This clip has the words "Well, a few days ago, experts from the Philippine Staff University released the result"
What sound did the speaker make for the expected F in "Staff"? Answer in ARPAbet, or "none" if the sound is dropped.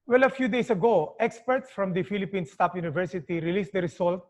P